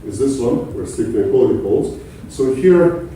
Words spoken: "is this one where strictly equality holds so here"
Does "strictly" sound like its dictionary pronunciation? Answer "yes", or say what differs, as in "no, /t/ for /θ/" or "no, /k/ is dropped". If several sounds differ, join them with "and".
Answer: no, /l/ is dropped